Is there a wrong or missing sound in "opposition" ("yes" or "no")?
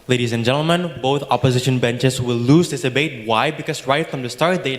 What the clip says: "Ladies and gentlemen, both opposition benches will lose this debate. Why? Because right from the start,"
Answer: no